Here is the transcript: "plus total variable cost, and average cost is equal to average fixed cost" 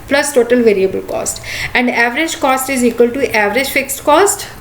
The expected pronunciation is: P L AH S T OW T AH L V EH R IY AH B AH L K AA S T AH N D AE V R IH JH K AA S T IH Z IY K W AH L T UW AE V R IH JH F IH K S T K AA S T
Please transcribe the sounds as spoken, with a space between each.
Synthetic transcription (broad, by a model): P L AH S T OW T AH L V EH R IY AH B AH L K AA S T AH N D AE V R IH JH K AA S T IH Z IY K W AH L T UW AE V R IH JH F IH K S T K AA S T